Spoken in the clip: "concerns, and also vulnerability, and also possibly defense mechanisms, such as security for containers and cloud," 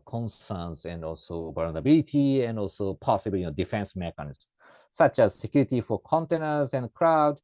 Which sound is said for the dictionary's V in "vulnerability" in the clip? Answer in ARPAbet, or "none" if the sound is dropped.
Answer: B